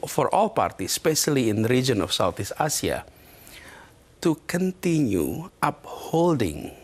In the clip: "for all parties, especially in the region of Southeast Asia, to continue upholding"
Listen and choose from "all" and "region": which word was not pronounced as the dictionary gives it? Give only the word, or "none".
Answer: none